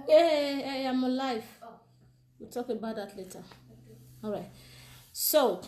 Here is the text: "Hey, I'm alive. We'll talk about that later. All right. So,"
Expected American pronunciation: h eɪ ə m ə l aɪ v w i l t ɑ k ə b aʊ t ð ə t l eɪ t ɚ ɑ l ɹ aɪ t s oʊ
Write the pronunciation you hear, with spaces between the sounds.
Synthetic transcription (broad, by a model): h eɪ ə m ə l aɪ f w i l t ɑ k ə b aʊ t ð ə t l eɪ t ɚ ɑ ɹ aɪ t s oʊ